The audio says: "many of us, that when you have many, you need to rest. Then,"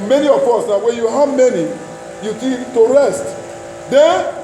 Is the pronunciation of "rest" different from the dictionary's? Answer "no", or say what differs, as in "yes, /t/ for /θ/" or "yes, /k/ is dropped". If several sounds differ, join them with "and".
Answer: no